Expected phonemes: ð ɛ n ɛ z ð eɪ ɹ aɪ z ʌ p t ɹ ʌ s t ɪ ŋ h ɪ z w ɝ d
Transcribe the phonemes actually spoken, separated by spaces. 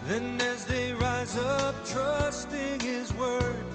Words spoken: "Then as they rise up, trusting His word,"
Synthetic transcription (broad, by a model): ð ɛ n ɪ z ð eɪ ɹ aɪ z ʌ p t ɹ ʌ s t ɪ ŋ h ɪ z w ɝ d